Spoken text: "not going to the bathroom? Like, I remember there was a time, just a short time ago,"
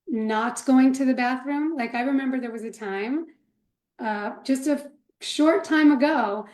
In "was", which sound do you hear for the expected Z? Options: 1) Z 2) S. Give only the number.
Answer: 1